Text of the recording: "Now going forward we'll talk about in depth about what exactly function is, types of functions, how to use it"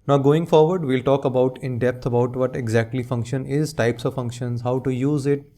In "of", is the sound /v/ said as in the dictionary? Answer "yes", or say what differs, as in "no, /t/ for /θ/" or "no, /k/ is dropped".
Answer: yes